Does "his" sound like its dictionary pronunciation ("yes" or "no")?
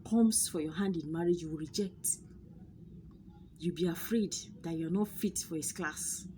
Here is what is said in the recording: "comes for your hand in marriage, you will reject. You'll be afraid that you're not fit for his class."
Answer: no